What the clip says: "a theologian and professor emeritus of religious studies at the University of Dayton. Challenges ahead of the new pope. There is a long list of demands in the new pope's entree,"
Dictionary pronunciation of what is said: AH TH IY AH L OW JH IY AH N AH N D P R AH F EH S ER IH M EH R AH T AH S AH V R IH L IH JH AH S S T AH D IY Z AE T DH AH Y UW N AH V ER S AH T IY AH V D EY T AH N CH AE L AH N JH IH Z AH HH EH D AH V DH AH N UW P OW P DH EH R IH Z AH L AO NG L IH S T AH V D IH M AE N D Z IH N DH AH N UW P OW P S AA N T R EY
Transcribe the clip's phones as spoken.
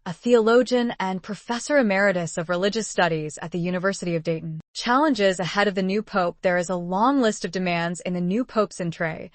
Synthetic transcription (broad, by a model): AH TH IY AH L OW JH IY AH N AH N P R AH F EH S ER IH M EH R AH T AH S AH V R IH L IH JH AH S S T AH D IY Z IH T DH AH Y UW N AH V ER S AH T IY AH V D EY T N CH AE L AH N JH IH Z AH HH EH D AH V DH AH N UW P OW P DH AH R IH Z AH L AO NG L IH S T AH V D IH M AE N D Z IH N DH AH N UW P OW P S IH N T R EY